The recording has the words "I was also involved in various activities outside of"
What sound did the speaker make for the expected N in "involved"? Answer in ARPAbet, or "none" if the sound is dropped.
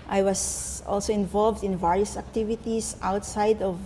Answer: N